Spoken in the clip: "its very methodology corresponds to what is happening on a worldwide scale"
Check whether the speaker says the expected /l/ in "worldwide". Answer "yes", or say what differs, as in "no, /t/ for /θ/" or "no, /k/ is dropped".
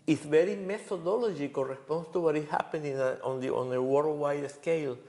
no, /w/ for /l/